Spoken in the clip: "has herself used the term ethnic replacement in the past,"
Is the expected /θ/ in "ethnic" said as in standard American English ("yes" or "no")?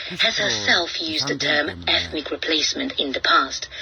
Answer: yes